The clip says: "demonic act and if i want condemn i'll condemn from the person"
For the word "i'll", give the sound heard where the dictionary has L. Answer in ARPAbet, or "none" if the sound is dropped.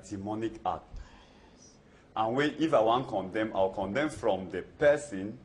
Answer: W